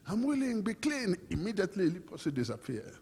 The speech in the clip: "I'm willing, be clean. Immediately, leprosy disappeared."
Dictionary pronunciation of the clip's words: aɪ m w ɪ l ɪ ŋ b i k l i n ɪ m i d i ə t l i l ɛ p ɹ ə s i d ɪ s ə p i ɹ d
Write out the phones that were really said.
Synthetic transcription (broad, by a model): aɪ m w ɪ l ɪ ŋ b i k l i n ɪ m i d i ə t l i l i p ə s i d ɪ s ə p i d